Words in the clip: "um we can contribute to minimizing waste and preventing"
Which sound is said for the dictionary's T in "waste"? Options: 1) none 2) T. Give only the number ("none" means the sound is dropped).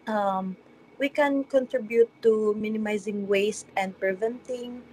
2